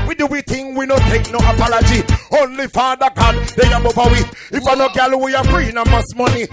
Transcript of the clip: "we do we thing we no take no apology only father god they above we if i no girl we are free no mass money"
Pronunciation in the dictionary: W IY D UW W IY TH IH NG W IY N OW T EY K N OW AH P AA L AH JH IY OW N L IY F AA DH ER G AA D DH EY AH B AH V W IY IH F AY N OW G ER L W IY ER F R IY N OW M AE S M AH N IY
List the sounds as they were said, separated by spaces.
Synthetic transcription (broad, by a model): W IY D UW W IY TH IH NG W IY N OW T EY K N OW AH P AA L AH JH IY OW N L IY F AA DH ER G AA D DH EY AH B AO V W IY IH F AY N OW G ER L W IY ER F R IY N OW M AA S M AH N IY